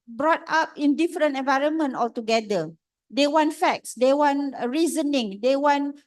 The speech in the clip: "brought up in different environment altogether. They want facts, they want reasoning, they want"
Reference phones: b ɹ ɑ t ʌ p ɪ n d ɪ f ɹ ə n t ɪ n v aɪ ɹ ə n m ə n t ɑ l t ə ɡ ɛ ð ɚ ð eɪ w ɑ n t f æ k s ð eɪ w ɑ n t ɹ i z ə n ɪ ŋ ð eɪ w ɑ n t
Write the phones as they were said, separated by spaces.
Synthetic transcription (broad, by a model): b ɹ ɑ t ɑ p ɪ n d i f ɹ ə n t ɪ n v aɪ ɹ ə n m ə n t ɑ l t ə ɡ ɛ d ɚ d eɪ w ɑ n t f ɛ k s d eɪ w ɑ n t ɹ i z ə n ɪ ŋ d eɪ w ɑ n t